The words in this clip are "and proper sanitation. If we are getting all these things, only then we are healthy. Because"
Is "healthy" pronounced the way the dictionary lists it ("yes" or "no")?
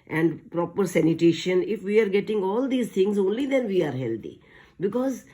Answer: no